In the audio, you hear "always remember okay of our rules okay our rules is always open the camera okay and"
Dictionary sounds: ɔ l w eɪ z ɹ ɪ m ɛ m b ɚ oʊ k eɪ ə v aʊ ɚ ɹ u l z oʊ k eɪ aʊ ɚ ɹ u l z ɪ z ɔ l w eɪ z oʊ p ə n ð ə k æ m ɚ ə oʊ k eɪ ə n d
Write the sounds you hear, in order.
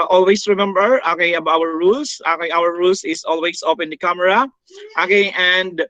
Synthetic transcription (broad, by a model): ɔ l w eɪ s ɹ ɪ m ɛ m b ɚ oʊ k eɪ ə b aʊ ɚ ɹ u l s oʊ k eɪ aʊ ɚ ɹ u l s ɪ s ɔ l w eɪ s oʊ p ə n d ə k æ m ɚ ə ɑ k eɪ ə n d